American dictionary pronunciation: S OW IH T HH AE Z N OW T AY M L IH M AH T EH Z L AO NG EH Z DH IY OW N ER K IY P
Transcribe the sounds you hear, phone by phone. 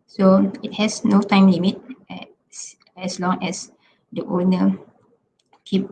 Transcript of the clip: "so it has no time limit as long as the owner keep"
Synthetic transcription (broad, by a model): S OW IH T HH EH S N OW T AY M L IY M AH T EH S L AO NG EH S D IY OW N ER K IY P